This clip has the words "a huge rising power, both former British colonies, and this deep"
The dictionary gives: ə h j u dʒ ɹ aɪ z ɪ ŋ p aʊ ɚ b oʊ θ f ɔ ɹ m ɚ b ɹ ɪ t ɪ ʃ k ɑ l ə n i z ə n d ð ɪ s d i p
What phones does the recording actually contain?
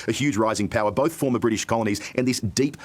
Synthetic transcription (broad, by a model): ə h j u dʒ ɹ aɪ z ɪ ŋ p aʊ ɚ b oʊ θ f ɔ ɹ m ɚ b ɹ ɪ t ɪ ʃ k ɑ l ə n i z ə n ð ɪ s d i p